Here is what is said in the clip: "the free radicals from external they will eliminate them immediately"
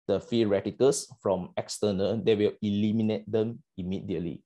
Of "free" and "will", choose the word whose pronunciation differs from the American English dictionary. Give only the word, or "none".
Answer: free